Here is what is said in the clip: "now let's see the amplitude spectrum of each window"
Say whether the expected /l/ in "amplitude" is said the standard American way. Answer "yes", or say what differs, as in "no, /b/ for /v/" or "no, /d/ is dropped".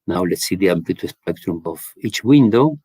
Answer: no, /l/ is dropped